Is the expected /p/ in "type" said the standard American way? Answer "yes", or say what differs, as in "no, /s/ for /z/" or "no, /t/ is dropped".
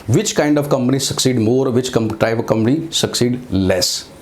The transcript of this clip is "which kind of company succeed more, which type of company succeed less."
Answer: no, /p/ is dropped